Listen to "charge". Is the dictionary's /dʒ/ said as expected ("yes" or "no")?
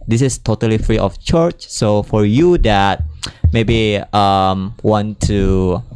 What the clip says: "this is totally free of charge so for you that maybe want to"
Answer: no